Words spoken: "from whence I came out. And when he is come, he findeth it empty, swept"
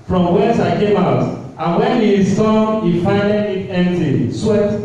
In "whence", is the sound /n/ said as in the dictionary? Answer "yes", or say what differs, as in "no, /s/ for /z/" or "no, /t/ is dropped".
no, /n/ is dropped